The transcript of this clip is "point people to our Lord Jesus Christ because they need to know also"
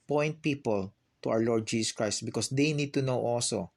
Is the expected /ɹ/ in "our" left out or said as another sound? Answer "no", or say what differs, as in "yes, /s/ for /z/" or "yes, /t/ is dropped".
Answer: yes, /w/ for /ɹ/